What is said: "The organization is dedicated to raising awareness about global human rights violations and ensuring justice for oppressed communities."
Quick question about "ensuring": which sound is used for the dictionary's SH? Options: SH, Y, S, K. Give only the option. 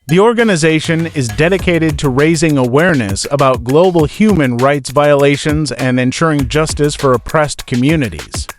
SH